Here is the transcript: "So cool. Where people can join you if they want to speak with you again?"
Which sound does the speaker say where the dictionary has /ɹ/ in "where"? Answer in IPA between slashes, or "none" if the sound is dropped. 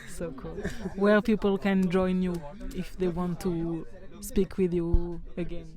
/l/